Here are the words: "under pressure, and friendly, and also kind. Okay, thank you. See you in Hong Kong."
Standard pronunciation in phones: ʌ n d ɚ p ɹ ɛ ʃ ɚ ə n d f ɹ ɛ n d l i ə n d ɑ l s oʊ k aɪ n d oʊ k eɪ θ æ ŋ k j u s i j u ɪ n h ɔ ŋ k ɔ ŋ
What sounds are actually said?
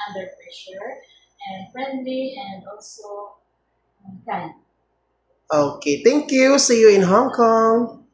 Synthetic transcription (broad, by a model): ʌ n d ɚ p ɹ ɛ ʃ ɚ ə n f ɹ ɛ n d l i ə n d ɑ l s oʊ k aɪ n oʊ k eɪ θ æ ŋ k j u s i j u ɪ n h ɔ ŋ k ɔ ŋ